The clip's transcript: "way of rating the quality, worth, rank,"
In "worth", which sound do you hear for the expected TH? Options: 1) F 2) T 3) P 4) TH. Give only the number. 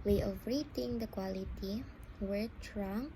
2